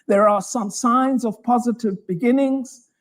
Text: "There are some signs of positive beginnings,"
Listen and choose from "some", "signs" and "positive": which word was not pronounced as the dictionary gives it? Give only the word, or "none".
none